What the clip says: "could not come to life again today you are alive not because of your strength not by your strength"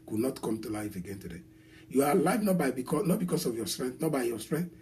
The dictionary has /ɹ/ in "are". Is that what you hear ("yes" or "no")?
no